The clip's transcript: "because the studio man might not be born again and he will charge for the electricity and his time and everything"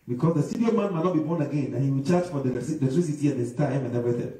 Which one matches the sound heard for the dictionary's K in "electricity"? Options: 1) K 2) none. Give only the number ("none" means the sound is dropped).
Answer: 2